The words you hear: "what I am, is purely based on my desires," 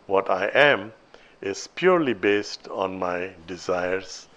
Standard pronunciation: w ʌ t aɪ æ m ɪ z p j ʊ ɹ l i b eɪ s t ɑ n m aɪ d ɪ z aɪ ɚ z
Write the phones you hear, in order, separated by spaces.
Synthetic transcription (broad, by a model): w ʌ t aɪ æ m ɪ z p j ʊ ɹ l i b eɪ s t ɑ n m aɪ d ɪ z aɪ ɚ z